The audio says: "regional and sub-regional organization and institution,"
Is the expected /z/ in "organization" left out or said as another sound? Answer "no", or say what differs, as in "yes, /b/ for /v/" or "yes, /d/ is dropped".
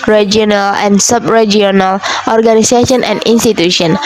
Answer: yes, /s/ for /z/